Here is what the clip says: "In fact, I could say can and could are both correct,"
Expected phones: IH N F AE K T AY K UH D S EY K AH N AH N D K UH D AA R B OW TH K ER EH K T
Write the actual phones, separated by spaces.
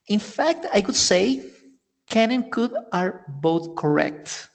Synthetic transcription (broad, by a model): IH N F AE K T AY K UH D S EY K AH N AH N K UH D AA R B OW TH K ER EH K T